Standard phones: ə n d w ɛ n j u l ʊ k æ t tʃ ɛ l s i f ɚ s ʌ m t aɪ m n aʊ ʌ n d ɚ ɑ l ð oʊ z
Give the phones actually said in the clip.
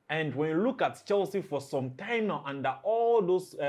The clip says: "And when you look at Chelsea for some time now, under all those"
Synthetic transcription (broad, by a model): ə n d w ɛ n j u l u k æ t tʃ ɛ l s i f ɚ s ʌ m t aɪ m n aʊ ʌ n d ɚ ɑ l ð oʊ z